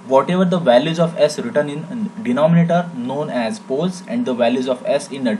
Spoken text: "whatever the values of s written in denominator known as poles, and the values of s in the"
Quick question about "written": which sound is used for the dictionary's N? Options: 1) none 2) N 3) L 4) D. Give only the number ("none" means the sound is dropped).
2